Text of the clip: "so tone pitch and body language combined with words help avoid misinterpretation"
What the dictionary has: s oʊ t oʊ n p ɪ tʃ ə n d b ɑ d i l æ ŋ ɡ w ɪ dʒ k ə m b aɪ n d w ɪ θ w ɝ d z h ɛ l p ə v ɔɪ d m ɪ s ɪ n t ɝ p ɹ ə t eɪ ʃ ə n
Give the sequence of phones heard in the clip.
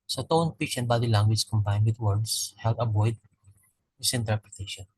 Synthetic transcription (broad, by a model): s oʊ t oʊ n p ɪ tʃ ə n b ɑ d i l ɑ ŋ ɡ w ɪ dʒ k ə m b aɪ n d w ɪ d w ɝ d s h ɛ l ə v ɔɪ d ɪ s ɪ n t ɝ p ɹ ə t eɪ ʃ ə n